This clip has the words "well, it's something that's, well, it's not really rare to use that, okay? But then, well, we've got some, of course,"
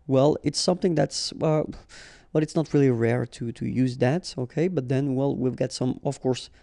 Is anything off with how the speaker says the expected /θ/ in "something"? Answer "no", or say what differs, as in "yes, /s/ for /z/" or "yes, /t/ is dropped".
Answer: no